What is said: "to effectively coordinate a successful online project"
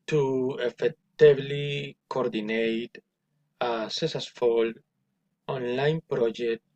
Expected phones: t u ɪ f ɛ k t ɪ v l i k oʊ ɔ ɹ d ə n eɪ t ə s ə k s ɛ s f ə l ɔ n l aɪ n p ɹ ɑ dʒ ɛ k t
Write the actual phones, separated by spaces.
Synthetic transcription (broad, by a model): t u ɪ f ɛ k t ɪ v l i k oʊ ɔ ɹ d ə n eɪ t ə s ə s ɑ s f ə l ɔ n l aɪ n p ɹ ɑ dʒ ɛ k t